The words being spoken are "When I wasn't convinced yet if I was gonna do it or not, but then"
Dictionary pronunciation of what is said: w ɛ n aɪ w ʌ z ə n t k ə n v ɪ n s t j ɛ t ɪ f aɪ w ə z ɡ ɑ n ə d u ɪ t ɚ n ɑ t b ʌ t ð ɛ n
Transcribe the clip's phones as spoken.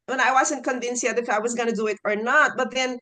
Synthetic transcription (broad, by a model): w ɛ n aɪ w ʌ z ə n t k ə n v ɪ n s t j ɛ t ɪ f aɪ w ə z ɡ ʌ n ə d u ɪ t ɚ n ɑ t b ʌ t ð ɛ n